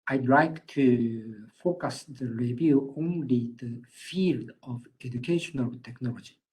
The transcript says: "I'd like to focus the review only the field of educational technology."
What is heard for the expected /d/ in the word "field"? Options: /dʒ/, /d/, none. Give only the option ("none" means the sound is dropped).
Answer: /d/